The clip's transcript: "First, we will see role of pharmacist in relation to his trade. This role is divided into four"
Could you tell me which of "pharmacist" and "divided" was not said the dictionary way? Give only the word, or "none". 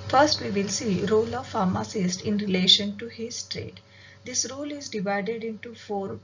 none